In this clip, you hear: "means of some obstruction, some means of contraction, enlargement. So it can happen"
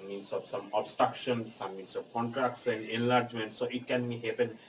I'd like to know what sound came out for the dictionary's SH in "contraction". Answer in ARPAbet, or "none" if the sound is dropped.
S